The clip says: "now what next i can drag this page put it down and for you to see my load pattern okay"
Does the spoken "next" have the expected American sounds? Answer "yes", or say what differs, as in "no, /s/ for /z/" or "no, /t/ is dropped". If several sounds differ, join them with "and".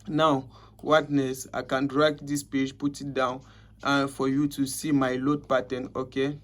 no, /k/ is dropped